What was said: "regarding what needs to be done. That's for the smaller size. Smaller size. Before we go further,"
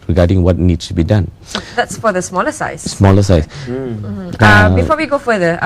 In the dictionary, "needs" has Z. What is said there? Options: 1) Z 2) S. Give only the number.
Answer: 2